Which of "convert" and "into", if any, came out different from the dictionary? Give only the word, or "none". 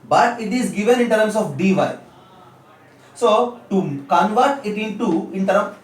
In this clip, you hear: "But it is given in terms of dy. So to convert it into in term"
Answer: none